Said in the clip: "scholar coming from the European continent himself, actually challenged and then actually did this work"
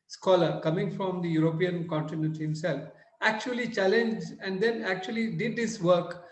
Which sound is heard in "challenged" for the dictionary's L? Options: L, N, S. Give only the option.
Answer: L